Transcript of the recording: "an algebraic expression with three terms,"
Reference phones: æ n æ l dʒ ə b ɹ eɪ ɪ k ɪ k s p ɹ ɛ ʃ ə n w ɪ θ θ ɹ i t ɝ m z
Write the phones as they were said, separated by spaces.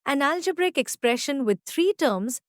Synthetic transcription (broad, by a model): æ n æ l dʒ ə b ɹ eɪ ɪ k ɪ k s p ɹ ɛ ʃ ə n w ɪ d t ɹ i t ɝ m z